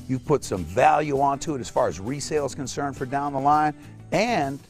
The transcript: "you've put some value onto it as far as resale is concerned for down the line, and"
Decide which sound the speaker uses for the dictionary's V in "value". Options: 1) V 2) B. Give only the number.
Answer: 1